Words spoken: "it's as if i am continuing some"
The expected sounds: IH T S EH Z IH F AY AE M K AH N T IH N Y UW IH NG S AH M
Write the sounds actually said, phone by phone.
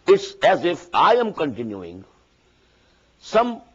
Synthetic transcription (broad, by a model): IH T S EH Z IH F AY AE M K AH N T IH N Y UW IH NG S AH M